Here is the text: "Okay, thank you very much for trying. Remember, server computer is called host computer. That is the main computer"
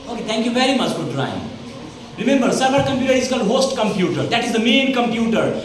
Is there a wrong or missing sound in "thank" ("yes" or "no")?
yes